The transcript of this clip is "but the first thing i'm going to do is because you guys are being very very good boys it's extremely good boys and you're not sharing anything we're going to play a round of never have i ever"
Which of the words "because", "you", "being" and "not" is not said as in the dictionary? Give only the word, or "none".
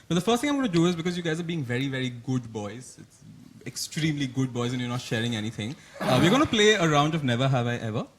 none